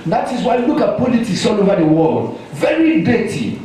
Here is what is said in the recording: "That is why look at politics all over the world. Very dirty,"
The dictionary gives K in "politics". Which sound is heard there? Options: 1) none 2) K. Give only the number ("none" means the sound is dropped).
1